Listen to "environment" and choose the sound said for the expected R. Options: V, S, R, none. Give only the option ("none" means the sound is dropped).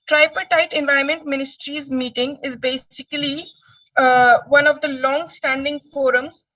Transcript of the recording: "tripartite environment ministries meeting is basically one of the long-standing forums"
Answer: none